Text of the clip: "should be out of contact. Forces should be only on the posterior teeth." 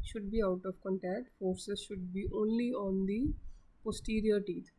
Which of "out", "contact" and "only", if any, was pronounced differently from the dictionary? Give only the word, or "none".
none